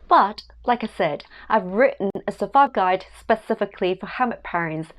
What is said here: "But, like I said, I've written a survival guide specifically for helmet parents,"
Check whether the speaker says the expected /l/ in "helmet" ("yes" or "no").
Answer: no